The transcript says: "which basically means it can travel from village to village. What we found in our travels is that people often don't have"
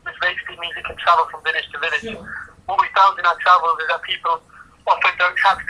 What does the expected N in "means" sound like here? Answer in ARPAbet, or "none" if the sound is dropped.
none